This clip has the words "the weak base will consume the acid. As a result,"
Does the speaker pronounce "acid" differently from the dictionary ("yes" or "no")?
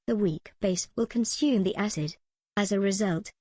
no